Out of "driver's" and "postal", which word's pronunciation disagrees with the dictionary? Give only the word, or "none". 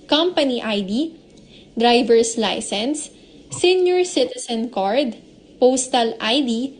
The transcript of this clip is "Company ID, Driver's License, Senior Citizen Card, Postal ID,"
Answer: driver's